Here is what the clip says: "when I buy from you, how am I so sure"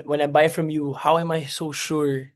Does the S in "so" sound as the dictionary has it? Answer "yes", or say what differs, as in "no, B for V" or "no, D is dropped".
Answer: yes